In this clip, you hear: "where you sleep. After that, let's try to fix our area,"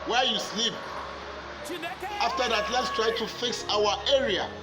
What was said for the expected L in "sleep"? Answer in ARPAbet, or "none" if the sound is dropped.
L